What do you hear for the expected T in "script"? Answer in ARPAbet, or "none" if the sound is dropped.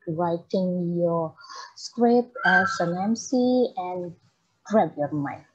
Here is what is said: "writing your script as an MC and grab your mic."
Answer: none